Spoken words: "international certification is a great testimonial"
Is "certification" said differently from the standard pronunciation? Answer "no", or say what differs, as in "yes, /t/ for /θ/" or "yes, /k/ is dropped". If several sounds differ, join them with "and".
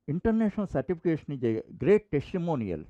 yes, /p/ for /f/